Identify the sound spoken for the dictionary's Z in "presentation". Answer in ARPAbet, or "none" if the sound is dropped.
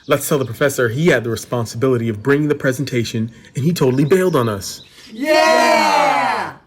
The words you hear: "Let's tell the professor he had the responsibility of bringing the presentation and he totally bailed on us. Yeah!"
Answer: Z